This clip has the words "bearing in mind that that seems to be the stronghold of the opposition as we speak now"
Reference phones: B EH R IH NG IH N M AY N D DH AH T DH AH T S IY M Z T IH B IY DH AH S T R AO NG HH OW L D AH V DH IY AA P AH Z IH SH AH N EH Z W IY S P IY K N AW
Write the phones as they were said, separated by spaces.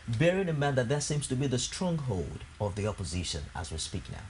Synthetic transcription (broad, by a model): B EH R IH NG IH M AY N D DH AH T DH AH T S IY M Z T IH B IY DH AH S T R AO NG HH OW L D AH V DH IY AA P AH Z IH SH AH N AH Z W IY S P IY K N AW